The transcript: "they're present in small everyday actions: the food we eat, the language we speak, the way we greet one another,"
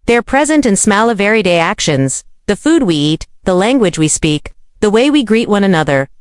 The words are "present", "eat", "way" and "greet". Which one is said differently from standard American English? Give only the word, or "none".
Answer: none